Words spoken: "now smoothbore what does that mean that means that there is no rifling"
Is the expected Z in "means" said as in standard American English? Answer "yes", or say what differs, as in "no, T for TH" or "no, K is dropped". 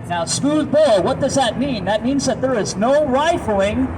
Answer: yes